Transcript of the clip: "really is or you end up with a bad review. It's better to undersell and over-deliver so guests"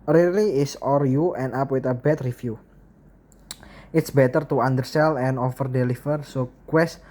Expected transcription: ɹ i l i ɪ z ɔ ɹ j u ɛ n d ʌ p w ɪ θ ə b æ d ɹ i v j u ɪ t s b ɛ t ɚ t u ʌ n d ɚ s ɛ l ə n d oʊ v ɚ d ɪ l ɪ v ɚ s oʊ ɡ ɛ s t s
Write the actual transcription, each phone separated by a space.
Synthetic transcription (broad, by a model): ɹ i l i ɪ s ɔ ɹ j u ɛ n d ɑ p w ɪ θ ə b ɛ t ɹ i f j u ɪ t s b ɛ t ɚ t u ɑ n d ɚ s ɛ l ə n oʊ f ɚ d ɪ l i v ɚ s oʊ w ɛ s s